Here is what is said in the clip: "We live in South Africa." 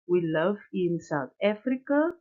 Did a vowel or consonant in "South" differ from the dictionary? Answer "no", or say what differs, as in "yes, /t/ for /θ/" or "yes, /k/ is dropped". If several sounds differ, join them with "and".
yes, /t/ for /θ/